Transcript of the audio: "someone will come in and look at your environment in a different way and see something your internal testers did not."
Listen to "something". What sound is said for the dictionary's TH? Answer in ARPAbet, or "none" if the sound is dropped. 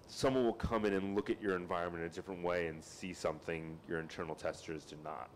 TH